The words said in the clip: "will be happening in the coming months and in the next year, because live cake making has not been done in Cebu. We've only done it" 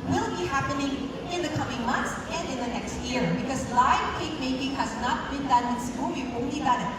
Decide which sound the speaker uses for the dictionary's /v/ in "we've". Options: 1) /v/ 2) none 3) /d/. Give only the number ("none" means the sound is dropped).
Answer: 2